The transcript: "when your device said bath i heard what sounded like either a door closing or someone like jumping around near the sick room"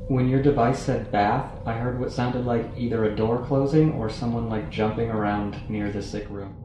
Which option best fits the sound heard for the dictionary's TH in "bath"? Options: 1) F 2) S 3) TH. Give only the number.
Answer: 3